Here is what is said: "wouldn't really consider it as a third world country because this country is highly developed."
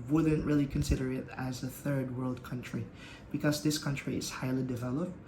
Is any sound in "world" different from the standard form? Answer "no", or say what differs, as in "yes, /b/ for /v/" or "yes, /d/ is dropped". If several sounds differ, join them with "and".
no